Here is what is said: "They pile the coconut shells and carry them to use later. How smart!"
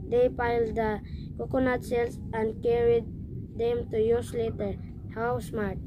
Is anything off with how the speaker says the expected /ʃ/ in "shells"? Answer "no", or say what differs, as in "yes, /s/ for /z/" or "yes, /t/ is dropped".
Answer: yes, /s/ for /ʃ/